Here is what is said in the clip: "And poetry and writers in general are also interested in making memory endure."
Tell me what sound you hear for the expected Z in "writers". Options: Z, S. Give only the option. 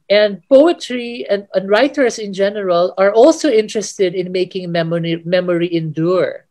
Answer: S